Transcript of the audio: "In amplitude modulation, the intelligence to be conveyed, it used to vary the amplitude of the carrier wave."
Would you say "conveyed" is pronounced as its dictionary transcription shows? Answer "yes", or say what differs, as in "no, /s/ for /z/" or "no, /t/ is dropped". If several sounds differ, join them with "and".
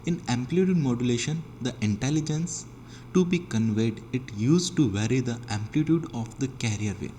yes